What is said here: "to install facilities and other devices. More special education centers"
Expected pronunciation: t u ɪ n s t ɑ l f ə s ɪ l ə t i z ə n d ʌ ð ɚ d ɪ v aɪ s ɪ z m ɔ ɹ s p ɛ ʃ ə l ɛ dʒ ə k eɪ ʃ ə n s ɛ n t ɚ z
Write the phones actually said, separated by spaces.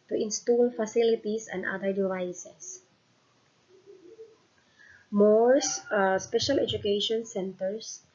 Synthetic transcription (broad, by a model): t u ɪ n s t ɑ l f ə s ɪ l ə t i s ə n d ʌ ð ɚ d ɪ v aɪ s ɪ s m ɔ ɹ s p ɛ ʃ ə l ɛ dʒ ə k eɪ ʃ ə n s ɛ n t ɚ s